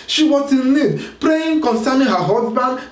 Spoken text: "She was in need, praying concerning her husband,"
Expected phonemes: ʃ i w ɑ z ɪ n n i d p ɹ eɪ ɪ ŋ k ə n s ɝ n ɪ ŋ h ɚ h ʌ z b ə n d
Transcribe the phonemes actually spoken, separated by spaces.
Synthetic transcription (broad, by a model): ʃ i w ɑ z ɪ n l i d p ɹ eɪ ɪ ŋ k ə n s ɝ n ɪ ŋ h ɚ h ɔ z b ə n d